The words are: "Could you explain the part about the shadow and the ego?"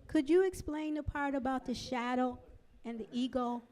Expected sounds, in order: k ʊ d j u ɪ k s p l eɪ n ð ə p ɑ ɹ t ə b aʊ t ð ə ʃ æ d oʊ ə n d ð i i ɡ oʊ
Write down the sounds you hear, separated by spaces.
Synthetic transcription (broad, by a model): k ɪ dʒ ɪ k s p l eɪ n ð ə p ɑ ɹ t ə b aʊ t ð ə ʃ æ d oʊ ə n ð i i ɡ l